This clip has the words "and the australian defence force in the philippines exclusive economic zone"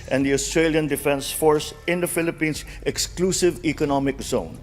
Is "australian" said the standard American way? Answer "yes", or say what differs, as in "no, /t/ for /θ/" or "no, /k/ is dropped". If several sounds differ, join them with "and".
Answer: yes